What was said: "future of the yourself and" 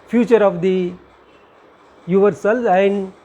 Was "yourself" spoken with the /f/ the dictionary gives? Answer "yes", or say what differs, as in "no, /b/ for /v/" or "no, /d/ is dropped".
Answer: no, /f/ is dropped